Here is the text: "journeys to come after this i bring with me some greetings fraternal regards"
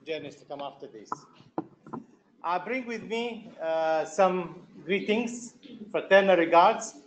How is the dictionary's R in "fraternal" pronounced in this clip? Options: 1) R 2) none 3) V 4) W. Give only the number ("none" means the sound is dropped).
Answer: 2